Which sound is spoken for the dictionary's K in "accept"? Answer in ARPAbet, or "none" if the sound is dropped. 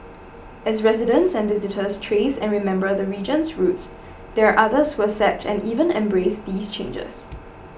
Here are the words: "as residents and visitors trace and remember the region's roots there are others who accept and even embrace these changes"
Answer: none